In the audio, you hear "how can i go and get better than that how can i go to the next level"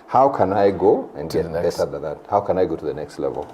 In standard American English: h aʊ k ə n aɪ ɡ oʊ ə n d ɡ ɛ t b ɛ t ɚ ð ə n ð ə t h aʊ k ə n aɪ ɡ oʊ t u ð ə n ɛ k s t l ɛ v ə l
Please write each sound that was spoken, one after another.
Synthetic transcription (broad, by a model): h aʊ k ə n aɪ ɡ oʊ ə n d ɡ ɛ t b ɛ s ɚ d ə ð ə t h aʊ k ə n aɪ ɡ oʊ t u ð ə n ɛ k s t l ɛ v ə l